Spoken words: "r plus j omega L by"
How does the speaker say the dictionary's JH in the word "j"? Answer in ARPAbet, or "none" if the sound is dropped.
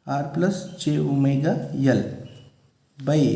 CH